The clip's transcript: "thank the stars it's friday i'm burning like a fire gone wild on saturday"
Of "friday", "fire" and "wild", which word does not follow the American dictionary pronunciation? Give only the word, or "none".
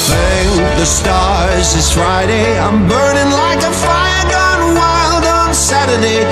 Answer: none